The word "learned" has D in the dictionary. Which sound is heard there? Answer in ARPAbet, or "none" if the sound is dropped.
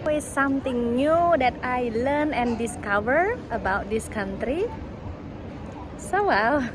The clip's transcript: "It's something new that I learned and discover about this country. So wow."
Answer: none